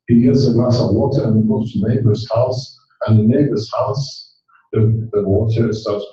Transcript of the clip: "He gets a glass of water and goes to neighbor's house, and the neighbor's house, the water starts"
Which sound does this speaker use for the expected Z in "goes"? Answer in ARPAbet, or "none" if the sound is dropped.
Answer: S